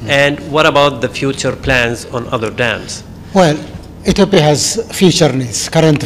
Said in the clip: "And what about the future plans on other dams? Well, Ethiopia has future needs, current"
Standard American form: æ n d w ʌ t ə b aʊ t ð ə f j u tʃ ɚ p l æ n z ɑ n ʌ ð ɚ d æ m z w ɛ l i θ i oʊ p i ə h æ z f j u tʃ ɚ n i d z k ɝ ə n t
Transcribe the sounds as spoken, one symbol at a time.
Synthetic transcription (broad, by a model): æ n d w ʌ t ə b aʊ t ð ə f j u tʃ ɚ p l æ n z ɑ n ʌ ð ɚ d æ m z w ɛ l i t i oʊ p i h æ z f j u tʃ ɚ n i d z k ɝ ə n t